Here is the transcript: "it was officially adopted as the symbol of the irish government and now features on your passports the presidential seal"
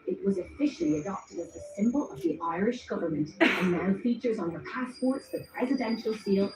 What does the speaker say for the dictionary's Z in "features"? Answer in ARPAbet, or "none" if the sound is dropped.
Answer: Z